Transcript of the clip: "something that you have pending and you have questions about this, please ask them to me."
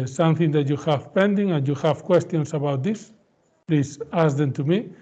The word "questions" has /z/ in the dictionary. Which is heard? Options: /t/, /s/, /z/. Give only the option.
/s/